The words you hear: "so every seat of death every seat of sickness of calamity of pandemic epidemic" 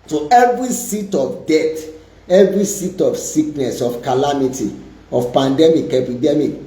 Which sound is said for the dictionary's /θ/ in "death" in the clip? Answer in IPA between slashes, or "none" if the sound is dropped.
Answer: /t/